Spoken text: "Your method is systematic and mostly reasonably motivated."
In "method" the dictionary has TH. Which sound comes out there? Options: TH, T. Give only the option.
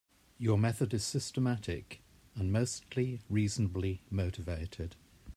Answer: TH